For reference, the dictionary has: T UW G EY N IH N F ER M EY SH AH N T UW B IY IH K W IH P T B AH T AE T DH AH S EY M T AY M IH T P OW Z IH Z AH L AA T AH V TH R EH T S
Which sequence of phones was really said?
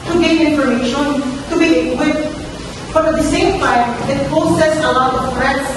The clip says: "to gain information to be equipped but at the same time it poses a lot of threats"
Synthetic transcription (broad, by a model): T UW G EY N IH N F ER M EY SH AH N T UW B IY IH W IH T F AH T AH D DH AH S EY M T AY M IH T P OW S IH S AH L AA T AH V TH R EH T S